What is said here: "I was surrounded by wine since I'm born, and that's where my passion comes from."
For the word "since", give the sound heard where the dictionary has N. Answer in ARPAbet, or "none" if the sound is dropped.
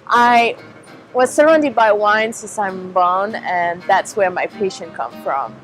none